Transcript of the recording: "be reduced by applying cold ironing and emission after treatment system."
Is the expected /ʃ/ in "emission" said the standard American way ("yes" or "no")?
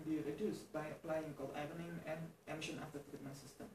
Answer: yes